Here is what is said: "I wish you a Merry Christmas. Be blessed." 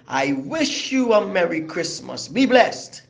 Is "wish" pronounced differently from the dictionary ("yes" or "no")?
no